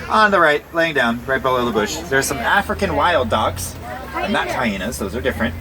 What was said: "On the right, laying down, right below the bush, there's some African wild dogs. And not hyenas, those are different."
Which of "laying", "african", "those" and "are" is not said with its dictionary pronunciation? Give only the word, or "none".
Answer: none